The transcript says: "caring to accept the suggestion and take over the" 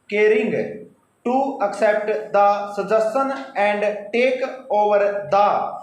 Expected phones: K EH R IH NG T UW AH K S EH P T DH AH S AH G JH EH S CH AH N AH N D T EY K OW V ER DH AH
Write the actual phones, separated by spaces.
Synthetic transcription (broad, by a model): K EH R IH NG T UW AH K S EH P T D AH S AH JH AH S AH N AH N D T EY K OW V ER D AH